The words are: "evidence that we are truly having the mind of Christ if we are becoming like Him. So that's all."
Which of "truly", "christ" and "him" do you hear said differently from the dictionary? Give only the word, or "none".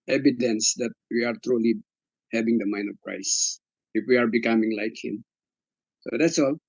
christ